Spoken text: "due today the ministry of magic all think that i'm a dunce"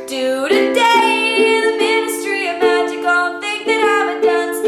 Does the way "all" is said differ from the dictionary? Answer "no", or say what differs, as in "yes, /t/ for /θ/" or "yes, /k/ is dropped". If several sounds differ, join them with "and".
yes, /n/ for /l/